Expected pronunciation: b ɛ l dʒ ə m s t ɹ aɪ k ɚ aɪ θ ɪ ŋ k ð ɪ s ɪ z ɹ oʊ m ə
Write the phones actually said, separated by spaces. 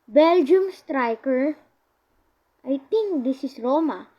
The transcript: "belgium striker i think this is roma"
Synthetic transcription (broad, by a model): b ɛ l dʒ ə m s t ɹ aɪ k ɚ aɪ t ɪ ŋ k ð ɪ s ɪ s ɹ oʊ m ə